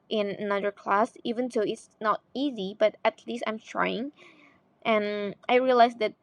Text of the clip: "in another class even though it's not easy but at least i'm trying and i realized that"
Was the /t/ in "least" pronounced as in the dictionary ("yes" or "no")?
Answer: yes